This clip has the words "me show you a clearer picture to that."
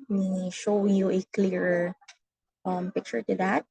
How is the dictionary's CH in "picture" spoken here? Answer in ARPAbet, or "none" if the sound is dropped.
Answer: CH